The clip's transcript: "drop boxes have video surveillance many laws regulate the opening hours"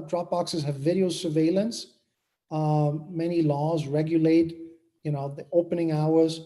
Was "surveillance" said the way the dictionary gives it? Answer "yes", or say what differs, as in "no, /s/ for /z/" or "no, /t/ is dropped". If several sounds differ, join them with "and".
yes